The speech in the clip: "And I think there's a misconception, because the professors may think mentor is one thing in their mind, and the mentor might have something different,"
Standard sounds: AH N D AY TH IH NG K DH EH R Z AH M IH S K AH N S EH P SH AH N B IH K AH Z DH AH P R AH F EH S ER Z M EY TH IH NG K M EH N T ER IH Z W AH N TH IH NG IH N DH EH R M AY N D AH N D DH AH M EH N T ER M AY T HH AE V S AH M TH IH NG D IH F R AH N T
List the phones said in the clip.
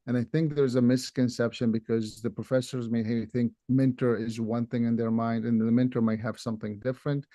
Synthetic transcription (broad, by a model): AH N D AY TH IH NG K DH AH R Z AH M IH S K AH N S EH P SH AH N B IH K AH Z DH AH P R AH F EH S ER Z M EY TH IH NG K M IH N T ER IH Z W AH N TH IH NG IH N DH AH R M AY N D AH N DH AH M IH N T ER M AY T HH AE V S AH M TH IH NG D IH F R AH N T